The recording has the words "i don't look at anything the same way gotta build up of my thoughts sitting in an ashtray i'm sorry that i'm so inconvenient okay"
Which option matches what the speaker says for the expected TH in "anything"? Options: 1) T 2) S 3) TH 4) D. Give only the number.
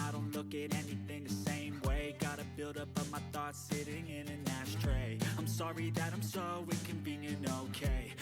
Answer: 3